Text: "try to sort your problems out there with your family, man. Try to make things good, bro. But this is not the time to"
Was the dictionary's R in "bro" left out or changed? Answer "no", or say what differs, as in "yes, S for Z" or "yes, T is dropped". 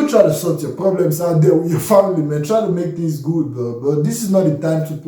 yes, R is dropped